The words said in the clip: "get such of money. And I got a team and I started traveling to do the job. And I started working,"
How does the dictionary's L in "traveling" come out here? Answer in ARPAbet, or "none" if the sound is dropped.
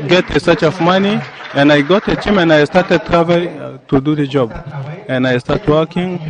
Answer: none